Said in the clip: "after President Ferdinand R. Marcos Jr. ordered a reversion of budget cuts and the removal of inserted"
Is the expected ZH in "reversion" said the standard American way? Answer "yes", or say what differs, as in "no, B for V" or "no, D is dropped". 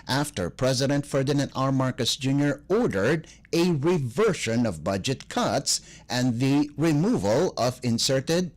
no, SH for ZH